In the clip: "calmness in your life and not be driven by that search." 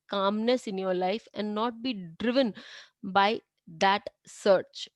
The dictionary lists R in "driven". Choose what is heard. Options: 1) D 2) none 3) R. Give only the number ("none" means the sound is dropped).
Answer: 3